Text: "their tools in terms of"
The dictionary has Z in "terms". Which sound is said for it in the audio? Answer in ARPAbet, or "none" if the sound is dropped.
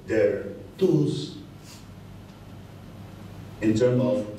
none